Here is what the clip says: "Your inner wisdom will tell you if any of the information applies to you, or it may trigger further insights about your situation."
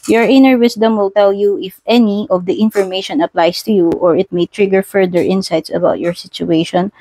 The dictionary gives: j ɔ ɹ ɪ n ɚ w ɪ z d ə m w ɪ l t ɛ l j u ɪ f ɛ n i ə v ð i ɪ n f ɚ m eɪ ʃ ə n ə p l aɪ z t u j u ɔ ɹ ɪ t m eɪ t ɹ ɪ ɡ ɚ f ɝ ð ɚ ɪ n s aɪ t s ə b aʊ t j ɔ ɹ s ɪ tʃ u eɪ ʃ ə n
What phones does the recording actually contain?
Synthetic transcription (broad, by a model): j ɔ ɹ ɪ n ɚ w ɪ s d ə m w ɪ l t ɛ l j u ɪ f ɛ n i ə v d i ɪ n f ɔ m eɪ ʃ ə n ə p l aɪ s t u j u ɔ ɹ ɪ t m eɪ t ɹ ɪ ɡ ɚ f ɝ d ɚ ɪ n s aɪ t s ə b aʊ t j ɔ ɹ s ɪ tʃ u eɪ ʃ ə n